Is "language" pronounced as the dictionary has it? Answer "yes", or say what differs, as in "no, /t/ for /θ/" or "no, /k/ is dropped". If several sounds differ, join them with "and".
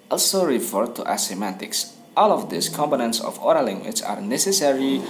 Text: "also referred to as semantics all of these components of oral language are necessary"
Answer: no, /tʃ/ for /dʒ/